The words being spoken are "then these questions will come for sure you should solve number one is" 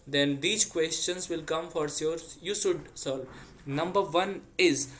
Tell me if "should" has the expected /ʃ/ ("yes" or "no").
no